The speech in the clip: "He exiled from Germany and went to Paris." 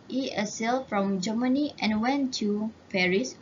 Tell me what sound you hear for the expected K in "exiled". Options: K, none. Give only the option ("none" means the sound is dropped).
none